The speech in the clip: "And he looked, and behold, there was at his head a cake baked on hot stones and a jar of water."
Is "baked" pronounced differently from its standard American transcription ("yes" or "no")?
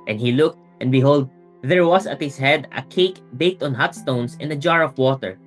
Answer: no